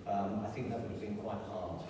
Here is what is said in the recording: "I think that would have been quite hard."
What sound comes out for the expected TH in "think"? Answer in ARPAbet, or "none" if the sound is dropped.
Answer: TH